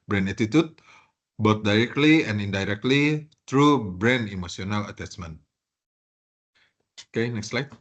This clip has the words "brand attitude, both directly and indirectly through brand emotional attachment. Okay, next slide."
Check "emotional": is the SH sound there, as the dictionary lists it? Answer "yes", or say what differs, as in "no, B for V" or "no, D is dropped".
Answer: no, S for SH